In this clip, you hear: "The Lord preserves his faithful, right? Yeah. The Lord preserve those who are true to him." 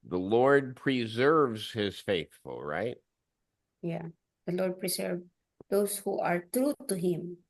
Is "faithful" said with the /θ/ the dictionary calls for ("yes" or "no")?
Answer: yes